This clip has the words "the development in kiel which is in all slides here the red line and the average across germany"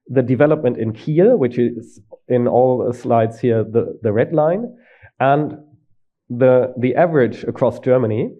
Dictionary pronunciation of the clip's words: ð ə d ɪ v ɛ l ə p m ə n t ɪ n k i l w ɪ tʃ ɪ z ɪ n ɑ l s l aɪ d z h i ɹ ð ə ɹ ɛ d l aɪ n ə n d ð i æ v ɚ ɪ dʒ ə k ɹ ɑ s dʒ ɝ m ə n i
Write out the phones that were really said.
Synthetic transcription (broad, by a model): ð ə d ɪ v ɛ l ə p m ə n t ɪ n k i l w ɪ tʃ ɪ z ɪ n ɑ l s l aɪ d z h i ɹ ð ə ɹ ɛ d l aɪ n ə n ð ð i æ v ɚ ɪ dʒ ə k ɹ ɑ s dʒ ɝ m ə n i